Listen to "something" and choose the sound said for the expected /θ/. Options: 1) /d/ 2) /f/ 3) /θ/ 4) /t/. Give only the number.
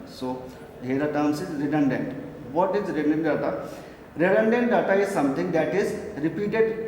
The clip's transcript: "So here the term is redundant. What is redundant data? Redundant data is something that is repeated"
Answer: 4